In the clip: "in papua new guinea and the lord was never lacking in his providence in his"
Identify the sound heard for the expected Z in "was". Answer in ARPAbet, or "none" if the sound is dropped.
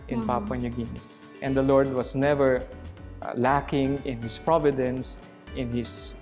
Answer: S